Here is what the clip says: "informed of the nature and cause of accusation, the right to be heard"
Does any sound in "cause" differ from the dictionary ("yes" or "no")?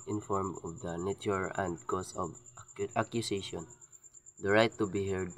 yes